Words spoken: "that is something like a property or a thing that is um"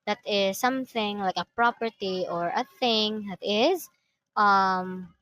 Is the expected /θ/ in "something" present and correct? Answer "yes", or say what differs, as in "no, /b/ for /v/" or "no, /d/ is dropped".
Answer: yes